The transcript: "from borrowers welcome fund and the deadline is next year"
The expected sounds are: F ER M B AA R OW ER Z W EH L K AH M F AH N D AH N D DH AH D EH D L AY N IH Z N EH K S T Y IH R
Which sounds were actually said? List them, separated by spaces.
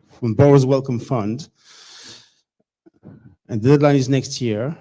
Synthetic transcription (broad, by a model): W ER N B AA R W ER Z W EH L K AH M F AH N D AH N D DH AH D EH D L AY N IH Z N EH K S T Y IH R